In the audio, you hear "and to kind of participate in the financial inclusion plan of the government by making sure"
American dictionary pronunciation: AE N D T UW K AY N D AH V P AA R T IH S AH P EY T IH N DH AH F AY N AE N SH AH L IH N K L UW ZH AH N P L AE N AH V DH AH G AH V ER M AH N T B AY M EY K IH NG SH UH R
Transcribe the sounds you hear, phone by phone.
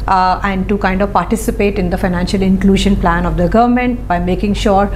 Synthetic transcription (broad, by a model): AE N D T UW K AY N D AH V P AA R T IH S AH P EY T IH N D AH F AY N AE N SH AH L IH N K L UW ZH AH N P L AE N AH V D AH G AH V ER M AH N T B AY M EY K IH NG SH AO R